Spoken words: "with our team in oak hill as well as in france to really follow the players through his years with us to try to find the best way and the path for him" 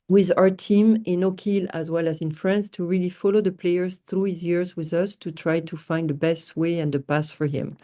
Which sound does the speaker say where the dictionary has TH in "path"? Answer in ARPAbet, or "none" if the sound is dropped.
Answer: S